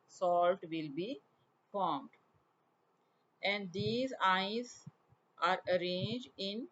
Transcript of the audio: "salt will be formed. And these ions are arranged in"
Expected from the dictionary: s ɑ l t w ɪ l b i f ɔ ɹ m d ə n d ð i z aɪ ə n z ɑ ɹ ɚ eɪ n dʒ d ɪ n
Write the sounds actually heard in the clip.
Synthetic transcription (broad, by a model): s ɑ l t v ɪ l b i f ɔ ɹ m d ə n d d i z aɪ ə z ɑ ɹ ɚ eɪ n dʒ d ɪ n